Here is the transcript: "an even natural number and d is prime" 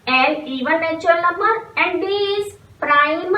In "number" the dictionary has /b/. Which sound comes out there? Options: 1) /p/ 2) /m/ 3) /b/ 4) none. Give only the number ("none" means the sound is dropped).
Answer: 4